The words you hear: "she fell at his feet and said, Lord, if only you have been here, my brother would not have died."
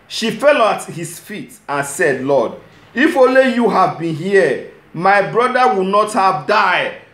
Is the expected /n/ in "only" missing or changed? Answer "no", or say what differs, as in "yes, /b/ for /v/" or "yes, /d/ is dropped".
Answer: yes, /n/ is dropped